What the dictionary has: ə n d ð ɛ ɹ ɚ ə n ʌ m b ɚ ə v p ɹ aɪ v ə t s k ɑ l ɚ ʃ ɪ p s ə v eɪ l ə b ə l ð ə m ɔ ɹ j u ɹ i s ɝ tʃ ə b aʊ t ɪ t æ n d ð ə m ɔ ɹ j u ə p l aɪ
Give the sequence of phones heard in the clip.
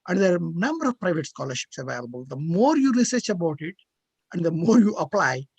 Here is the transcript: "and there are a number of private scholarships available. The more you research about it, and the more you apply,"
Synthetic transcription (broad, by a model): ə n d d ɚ ə n ʌ m b ɚ ə v p ɹ aɪ v ə t s k ɑ l ɚ ʃ ɪ p s ə v eɪ l ə b ə l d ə m ɔ ɹ j u ɹ i s ɝ tʃ ə b aʊ t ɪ t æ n d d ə m ɔ ɹ j u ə p l aɪ